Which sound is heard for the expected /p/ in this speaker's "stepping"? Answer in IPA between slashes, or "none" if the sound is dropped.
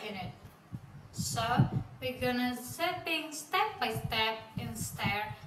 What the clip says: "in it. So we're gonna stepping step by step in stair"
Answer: none